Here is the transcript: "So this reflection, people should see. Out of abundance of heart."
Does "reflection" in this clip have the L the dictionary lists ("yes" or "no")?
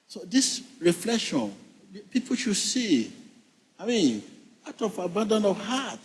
yes